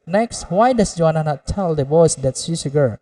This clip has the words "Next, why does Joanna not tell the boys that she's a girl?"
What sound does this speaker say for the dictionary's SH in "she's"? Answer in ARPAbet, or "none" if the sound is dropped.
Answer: S